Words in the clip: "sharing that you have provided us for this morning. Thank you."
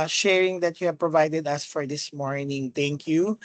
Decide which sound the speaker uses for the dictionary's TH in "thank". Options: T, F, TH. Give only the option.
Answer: T